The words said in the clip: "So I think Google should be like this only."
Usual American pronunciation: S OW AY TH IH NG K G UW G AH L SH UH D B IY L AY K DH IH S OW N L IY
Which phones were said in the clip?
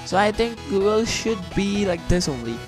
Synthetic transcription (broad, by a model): S OW AY T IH NG K G UW G AH L SH UH D B IY L AY K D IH S OW N L IY